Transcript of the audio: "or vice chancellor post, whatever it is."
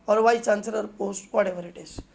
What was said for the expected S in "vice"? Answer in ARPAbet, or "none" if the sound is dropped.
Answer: none